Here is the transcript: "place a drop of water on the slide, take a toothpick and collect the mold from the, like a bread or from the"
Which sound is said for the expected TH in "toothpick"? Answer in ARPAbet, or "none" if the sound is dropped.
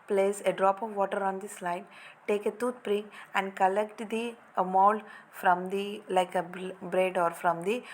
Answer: T